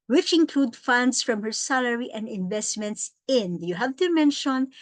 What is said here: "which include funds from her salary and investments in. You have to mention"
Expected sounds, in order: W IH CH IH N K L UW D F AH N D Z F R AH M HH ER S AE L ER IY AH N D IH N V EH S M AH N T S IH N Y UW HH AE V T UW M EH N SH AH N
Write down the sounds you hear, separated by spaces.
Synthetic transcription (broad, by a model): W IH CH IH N K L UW D F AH N D S F R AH M HH ER S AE L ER IY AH N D IH N V EH S M AH N T S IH N Y UW HH AE V T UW M EH N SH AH N